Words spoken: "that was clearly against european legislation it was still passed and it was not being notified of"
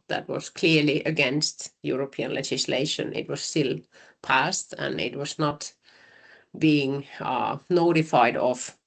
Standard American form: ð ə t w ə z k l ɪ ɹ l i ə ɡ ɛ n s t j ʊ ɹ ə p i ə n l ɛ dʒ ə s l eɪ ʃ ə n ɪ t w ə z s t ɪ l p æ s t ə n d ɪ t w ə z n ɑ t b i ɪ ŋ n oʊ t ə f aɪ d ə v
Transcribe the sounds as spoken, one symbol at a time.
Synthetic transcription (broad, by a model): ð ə t w ə z k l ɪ ɹ l i ə ɡ ɛ n s t j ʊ ɹ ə p i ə n l ɛ dʒ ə s l eɪ ʃ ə n ɪ t w ə z s t ɪ l p æ s t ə n ɪ t w ə z n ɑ t b i ɪ ŋ n oʊ t ə f aɪ d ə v